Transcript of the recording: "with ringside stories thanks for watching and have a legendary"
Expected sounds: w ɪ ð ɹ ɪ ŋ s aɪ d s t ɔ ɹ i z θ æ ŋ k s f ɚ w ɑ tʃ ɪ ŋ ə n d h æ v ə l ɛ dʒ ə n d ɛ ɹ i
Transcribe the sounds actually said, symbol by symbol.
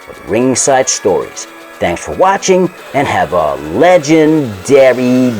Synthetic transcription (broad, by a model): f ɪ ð ɹ ɪ ŋ s aɪ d s t ɔ ɹ i z θ æ ŋ k s f ɚ w ɑ tʃ ɪ ŋ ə n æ v ə l ɛ dʒ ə n d ɛ ɹ i